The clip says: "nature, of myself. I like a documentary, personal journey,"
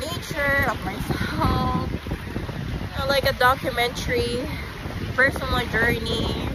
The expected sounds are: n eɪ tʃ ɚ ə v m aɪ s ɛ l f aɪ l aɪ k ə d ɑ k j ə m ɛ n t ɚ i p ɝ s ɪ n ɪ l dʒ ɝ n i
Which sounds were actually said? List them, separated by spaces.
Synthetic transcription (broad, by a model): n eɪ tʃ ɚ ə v m aɪ s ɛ l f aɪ l aɪ k ə d ɑ k j ə m ɛ n t ɚ i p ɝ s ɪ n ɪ n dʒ ɝ n i